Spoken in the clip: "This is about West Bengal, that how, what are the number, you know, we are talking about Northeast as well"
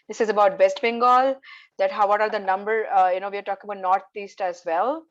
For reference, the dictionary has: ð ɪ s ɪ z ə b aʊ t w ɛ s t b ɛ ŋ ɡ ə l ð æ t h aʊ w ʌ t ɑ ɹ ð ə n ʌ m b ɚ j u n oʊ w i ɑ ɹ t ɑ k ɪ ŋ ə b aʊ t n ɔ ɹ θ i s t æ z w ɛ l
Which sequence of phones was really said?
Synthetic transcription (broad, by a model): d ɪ s ɪ z ə b aʊ t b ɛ s t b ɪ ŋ ɡ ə l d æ t h aʊ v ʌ t ɑ ɹ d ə n ʌ m b ɚ j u n oʊ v i ɑ ɹ t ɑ k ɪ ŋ ə b aʊ t n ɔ ɹ t i s t æ z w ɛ l